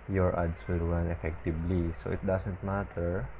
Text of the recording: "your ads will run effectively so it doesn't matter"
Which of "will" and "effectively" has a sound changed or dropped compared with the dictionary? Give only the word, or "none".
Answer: effectively